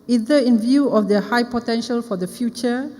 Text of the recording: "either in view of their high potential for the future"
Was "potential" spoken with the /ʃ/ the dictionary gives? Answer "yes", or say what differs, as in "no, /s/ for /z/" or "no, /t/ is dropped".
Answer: yes